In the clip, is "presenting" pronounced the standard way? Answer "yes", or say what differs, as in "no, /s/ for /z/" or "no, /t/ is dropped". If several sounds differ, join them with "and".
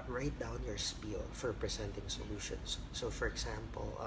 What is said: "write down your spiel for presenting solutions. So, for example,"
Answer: no, /s/ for /z/